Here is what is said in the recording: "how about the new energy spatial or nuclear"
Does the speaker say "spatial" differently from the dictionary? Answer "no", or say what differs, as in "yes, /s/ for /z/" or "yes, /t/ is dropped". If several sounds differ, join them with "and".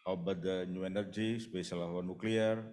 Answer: yes, /s/ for /ʃ/